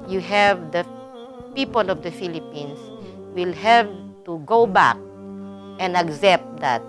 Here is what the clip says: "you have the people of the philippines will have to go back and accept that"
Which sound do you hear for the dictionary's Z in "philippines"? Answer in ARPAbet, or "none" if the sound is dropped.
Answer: S